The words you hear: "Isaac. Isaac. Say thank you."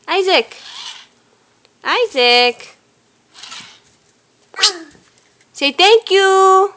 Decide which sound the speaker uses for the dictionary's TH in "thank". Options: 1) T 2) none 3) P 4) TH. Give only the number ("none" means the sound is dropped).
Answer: 1